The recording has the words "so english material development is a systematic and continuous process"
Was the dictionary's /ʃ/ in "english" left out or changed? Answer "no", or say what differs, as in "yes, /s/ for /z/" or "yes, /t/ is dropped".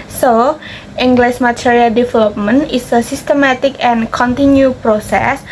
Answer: yes, /s/ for /ʃ/